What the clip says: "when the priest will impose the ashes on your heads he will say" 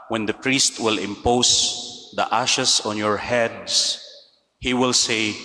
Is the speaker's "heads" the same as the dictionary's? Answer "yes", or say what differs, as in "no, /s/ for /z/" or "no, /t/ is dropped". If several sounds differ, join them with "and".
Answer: no, /s/ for /z/